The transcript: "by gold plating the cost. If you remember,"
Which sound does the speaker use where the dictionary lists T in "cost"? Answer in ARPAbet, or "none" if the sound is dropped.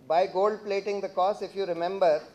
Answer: none